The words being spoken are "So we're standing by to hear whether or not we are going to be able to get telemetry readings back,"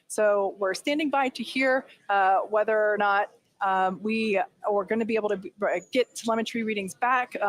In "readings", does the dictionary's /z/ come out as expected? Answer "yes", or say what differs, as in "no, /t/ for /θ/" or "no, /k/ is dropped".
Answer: yes